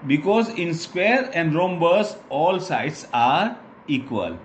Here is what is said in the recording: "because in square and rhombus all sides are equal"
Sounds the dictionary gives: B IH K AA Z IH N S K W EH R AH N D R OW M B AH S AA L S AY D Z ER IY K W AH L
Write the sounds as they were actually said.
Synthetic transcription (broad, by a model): B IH K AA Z IH N S K W EH R AH N D R OW M B AH S AA L S AY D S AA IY K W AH L